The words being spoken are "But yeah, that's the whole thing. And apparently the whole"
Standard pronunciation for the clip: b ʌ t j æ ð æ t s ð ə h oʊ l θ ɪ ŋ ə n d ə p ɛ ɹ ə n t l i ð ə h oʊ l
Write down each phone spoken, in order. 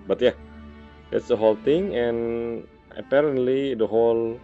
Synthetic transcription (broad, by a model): b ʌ t j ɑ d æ t s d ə h oʊ l t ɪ ŋ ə n ə p ɛ ɹ ə n t l i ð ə h oʊ l